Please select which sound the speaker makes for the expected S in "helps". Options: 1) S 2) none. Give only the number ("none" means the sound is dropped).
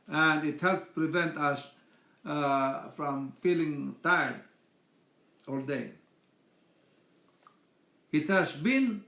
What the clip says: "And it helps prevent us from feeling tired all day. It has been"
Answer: 2